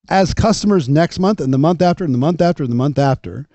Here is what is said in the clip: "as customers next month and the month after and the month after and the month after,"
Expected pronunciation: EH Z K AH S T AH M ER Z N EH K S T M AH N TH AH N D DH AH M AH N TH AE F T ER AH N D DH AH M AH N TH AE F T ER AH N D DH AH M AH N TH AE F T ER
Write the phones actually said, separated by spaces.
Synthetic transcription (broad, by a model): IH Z K AH S T AH M ER Z N EH K S T M AH N TH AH N DH AH M AH N TH AE F T ER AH N DH AH M AH N TH AE F T ER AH N DH AH M AH N TH AE F T ER